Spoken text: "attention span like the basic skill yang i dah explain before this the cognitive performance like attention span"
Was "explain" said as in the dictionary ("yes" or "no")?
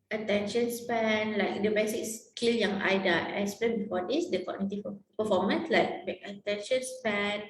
no